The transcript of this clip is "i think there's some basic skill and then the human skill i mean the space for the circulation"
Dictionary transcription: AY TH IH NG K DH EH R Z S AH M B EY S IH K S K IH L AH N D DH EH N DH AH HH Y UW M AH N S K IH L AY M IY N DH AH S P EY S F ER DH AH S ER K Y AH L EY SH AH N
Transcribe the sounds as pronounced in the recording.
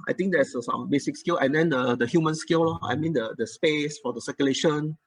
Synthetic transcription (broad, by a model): AY T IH NG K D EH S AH S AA M B EY S IH K S K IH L AH N D EH N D AH HH Y UW M AH N S K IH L AY M IY N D AH S P EY S F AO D AH S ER K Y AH L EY SH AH N